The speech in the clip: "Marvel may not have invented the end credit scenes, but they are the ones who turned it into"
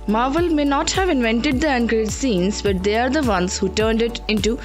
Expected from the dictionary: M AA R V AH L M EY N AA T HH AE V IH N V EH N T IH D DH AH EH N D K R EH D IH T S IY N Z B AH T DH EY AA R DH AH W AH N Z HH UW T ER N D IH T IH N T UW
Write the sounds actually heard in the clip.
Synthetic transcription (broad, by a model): M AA R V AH L M EY N AA T HH AE V IH N V EH N T IH D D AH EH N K AH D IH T S IY N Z B AH T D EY AA R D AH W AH N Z HH UW T ER N D IH T IH N T UW